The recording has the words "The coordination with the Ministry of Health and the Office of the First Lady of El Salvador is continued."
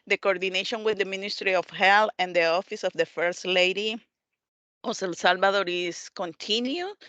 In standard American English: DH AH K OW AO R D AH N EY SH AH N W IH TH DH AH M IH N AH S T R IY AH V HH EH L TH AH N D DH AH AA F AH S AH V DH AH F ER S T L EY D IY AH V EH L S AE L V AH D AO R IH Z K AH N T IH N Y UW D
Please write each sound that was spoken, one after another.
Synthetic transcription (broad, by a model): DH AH K OW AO R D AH N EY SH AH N W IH DH AH M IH N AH S T R IY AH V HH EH L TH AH N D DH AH AA F AH S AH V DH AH F ER S T L EY D IY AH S EH L S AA L B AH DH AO R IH S K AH N T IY N Y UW